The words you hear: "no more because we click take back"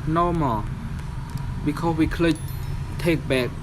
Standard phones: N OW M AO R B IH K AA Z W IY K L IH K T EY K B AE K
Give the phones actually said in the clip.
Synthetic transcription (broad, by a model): N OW M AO L B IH K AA S W IY K L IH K T EY K B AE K